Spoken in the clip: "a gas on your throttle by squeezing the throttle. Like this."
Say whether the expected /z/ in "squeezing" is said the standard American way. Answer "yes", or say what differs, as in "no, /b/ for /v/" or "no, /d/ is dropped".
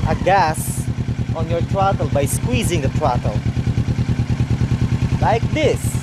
yes